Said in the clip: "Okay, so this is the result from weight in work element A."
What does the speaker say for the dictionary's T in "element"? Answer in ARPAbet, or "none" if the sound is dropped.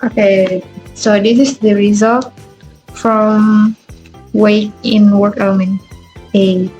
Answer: none